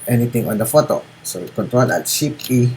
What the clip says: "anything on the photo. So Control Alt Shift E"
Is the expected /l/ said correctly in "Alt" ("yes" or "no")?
no